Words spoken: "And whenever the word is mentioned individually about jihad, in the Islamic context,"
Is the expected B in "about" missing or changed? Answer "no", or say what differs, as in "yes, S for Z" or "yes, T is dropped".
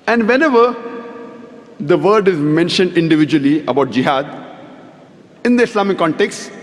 no